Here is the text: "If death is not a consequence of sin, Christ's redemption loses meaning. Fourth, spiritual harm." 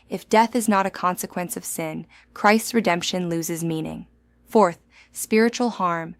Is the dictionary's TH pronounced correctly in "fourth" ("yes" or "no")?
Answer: yes